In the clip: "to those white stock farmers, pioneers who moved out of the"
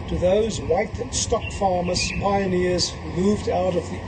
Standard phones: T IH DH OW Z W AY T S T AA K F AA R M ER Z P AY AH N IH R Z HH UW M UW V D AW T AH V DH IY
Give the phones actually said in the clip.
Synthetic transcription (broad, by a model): T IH DH OW Z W AY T S T AA K F AA R M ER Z P AY AH N IH R Z HH UW M UW V D AW T AH V DH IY